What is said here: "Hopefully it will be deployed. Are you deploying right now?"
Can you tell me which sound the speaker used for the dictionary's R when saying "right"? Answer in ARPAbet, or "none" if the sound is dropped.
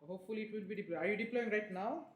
R